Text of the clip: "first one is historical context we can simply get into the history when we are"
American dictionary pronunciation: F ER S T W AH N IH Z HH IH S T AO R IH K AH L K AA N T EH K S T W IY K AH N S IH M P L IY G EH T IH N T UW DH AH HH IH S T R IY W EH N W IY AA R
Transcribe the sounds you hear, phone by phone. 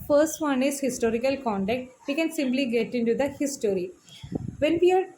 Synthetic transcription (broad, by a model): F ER S T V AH N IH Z HH IH S T AO R IH K AH L K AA N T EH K T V IY K AH N S IH M P L IY G EH T IH N T UW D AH HH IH S T R IY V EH N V IY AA R